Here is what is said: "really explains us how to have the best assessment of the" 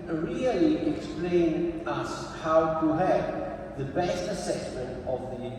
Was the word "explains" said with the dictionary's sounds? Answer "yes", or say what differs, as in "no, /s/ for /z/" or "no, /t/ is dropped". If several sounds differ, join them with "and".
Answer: no, /z/ is dropped